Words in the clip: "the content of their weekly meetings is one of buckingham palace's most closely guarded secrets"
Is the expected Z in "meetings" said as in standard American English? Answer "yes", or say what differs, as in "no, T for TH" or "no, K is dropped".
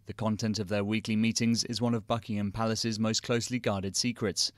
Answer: yes